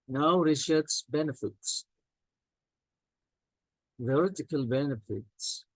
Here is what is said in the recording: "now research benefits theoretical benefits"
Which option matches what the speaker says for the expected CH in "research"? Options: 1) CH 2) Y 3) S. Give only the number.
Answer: 3